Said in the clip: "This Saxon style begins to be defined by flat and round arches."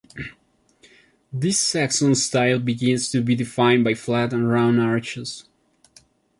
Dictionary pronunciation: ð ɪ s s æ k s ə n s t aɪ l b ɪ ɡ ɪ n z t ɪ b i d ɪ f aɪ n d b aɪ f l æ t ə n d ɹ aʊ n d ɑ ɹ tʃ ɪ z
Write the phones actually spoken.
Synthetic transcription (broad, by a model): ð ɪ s s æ k s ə n s t aɪ l b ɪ ɡ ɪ n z t ɪ b i d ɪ f aɪ n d b aɪ f l æ t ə n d ɹ aʊ n ɑ ɹ tʃ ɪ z